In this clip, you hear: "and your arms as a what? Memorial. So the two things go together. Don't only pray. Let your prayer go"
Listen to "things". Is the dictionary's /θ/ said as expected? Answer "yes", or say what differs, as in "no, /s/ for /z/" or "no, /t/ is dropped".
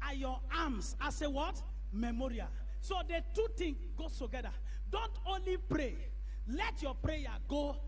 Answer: no, /t/ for /θ/